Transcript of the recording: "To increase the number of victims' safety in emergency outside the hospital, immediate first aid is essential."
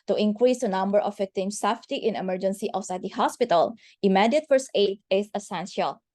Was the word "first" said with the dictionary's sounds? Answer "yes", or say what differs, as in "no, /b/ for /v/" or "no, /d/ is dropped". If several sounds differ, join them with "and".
no, /t/ is dropped